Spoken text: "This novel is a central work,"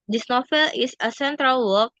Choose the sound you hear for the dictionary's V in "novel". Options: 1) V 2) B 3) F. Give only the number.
3